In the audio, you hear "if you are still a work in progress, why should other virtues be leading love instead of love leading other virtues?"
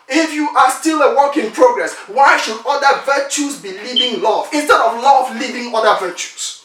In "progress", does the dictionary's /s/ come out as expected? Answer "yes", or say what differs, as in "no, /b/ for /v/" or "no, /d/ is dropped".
yes